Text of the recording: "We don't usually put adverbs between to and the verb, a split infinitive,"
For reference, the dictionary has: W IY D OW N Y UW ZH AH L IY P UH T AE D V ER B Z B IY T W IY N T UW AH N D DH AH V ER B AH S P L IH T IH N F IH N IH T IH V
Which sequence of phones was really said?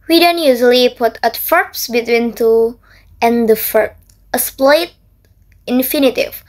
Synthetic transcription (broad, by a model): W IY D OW N Y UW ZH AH L IY P UH T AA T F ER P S B IY T W IY N T UW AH N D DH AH F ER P AH S P L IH T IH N F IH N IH T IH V